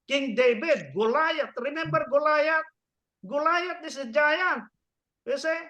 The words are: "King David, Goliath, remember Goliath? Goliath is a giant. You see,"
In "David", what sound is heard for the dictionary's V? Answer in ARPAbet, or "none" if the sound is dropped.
B